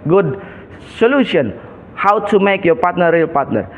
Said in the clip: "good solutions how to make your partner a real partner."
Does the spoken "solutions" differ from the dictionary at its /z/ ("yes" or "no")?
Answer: yes